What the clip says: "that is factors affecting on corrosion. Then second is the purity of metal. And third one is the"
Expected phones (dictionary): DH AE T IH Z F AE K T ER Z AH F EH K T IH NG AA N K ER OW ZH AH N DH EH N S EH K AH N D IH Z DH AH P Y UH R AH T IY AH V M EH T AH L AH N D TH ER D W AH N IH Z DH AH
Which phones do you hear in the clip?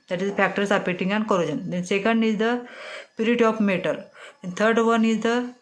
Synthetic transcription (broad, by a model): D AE T IH Z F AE K T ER S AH P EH T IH NG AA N K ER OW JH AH N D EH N S EH K AH N D IH Z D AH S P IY R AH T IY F M EH T AH L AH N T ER D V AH N IH Z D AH